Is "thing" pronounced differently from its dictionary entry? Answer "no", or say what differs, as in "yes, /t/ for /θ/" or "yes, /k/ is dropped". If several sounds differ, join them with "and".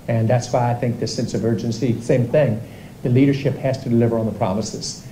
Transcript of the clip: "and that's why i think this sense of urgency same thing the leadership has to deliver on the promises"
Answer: no